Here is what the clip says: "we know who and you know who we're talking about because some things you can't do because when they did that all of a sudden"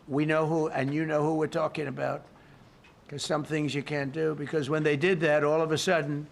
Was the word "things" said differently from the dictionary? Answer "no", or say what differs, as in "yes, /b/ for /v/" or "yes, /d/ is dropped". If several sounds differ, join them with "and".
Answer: no